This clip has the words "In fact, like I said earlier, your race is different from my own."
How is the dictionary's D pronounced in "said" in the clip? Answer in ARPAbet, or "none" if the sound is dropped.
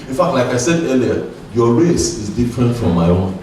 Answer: D